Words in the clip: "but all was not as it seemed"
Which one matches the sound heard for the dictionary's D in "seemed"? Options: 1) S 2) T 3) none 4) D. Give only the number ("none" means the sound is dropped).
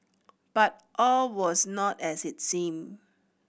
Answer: 3